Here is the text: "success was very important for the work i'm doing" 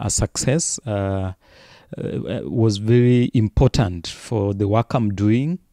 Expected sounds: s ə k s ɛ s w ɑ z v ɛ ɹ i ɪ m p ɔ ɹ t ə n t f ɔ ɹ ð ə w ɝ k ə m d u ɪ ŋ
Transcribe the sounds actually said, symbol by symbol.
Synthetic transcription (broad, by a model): s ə k s ɛ s w ɑ z v ɛ ɹ i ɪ m p ɔ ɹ t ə n t f ɔ ɹ ð ə w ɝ k ə m d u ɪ ŋ